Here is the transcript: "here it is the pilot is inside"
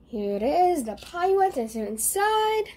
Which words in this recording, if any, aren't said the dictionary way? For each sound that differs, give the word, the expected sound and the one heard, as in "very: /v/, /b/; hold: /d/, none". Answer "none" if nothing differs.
pilot: /l/, /w/